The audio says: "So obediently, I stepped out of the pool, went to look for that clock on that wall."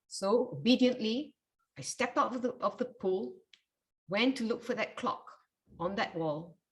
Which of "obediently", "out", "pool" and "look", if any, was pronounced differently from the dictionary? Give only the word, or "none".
none